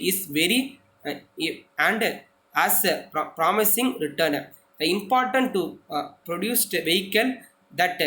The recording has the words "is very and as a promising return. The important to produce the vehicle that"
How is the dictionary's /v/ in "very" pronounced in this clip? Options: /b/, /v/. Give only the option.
/v/